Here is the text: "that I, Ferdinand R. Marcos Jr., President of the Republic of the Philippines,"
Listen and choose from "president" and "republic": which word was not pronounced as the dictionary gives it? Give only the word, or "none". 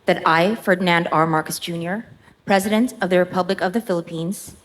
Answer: none